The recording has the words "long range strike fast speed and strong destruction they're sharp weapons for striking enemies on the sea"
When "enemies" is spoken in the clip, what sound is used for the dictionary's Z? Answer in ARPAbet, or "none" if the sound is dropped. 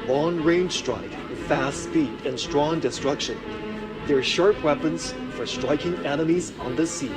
Z